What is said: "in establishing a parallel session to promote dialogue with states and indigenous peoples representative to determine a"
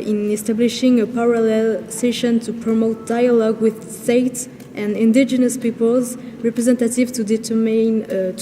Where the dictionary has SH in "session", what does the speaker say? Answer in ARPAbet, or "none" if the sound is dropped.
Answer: SH